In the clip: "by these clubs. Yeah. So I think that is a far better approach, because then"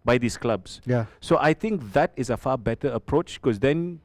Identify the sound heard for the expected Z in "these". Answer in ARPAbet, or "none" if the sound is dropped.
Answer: S